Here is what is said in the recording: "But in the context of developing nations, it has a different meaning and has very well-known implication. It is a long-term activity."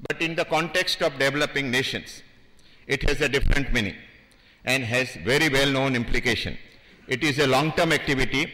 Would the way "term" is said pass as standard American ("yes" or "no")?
yes